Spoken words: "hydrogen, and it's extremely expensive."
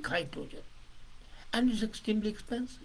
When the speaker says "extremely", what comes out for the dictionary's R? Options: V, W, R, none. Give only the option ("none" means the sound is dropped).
none